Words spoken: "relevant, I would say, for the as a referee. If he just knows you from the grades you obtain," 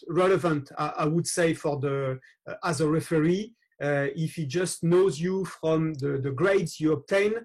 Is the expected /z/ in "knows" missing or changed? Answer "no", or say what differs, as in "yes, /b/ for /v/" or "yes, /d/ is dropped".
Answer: no